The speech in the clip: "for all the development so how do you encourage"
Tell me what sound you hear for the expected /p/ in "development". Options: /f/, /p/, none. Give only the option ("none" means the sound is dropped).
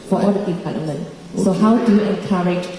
none